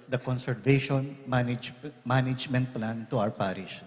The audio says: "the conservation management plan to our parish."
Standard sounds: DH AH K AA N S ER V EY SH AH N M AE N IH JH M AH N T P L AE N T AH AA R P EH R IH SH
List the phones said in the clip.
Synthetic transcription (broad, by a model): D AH K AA N S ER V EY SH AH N M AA N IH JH M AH N T P L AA N T AH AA W P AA R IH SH